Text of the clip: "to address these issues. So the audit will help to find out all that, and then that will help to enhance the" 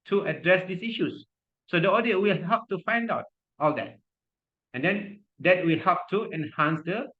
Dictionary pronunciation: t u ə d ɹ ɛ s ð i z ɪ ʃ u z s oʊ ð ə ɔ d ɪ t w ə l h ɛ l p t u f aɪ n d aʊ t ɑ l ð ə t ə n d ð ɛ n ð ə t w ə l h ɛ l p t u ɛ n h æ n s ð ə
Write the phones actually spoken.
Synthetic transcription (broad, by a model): t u ə d ɹ ɛ s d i s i ʃ u s oʊ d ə ɔ d ɪ t w ə l h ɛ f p t u f aɪ n d aʊ t ɑ l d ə t ə n d ɛ n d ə t w ə l h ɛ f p t u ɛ n h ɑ n s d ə